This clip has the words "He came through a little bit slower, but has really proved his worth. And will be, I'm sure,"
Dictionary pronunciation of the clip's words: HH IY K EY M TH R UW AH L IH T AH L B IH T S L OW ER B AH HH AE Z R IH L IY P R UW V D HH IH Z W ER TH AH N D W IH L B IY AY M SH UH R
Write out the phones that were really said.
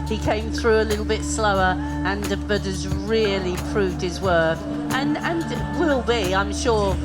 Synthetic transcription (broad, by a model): HH IY K EY M TH R UW AH L IH T L B IH T S L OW ER B AH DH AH Z R IH L IY P R UW V D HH IH Z W ER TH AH N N W IH L B IY AY M SH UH R